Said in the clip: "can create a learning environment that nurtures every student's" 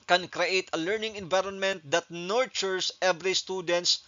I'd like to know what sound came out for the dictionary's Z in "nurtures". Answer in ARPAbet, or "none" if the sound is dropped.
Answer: S